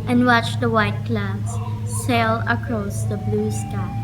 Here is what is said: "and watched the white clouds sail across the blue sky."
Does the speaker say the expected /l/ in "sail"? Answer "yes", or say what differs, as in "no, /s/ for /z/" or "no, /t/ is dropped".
yes